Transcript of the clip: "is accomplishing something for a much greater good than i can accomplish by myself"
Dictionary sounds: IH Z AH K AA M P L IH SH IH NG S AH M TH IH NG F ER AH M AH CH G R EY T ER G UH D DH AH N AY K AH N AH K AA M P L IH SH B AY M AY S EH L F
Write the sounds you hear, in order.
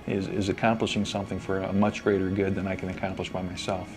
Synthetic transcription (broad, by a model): IH Z AH K AA M P L IH SH IH NG S AH M TH IH NG F ER AH M AH CH G R EY T ER G UH D DH AH N AY K AH N AH K AA M P L IH SH B AY M AY S EH L F